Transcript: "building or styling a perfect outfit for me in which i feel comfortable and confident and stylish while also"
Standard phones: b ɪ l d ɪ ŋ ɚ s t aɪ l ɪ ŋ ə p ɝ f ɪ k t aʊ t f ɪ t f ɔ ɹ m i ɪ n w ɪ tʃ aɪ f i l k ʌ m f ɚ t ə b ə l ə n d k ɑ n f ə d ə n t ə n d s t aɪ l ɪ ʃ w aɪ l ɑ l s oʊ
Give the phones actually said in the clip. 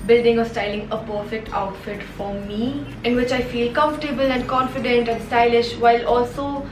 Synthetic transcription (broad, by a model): b ɪ l d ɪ ŋ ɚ s t aɪ l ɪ ŋ ə p ɝ f ɪ k t aʊ t f ɪ t f ɔ ɹ m i ɪ n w ɪ tʃ aɪ f i l k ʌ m f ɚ t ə b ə l ə n d k ɑ n f ə d ə n t ə n d s t aɪ l ɪ ʃ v aɪ l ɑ l s oʊ